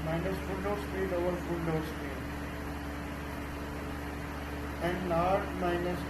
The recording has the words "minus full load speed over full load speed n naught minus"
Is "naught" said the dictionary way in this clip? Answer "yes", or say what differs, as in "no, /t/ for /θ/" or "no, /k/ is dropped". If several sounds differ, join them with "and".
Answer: no, /l/ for /n/